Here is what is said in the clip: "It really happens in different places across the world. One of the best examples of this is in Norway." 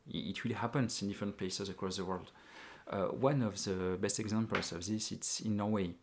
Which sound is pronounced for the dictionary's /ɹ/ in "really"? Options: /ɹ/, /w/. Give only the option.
/w/